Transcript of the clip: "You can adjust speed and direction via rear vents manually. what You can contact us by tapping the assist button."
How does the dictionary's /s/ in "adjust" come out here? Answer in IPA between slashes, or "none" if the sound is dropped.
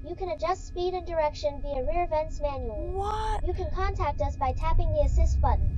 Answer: /s/